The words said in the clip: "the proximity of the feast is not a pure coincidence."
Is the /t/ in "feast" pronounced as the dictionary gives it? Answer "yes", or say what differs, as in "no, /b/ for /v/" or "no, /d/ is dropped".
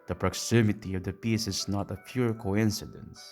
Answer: no, /t/ is dropped